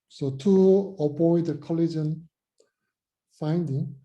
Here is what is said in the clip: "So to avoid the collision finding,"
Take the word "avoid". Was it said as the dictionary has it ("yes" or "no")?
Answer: no